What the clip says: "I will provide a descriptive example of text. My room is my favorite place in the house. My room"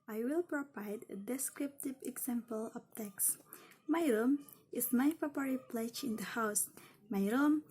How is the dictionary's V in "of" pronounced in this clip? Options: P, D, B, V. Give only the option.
P